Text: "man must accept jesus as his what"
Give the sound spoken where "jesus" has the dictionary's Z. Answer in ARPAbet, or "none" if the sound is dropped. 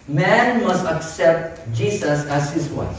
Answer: S